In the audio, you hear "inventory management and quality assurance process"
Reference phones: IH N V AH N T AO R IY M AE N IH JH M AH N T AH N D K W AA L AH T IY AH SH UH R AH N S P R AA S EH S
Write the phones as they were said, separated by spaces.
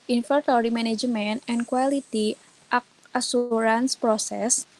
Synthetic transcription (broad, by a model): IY N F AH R T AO R IY M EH N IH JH M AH N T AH N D K W AA L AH T IY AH S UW R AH N S P R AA S EH S